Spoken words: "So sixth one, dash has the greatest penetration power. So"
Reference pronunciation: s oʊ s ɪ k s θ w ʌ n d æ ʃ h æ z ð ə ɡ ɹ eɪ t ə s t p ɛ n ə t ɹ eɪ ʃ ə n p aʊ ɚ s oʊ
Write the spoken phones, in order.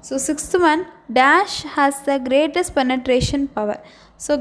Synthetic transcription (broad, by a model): s oʊ s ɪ k s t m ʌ n d æ ʃ h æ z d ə ɡ ɹ eɪ t ə s t p ɛ n ə t ɹ eɪ ʃ ə n p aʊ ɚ s oʊ